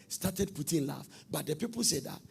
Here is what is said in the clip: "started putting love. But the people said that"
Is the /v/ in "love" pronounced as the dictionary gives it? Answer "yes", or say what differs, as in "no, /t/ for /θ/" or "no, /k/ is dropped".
no, /f/ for /v/